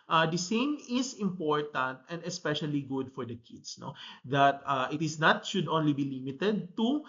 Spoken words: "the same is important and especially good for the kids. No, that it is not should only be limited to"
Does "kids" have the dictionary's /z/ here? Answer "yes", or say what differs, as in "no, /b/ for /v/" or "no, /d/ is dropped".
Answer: no, /s/ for /z/